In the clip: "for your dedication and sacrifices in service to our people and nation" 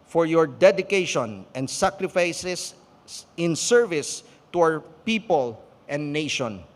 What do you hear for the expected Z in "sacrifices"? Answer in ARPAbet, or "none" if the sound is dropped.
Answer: S